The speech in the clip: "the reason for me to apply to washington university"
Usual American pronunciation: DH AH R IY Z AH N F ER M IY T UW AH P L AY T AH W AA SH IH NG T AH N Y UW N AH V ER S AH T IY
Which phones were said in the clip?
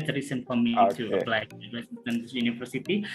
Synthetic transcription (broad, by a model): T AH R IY S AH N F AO M IY T UW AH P L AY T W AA S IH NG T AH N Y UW N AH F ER S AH T IY